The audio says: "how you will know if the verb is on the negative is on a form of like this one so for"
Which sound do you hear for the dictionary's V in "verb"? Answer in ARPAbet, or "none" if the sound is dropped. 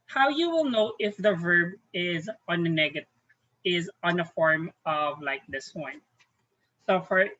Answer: V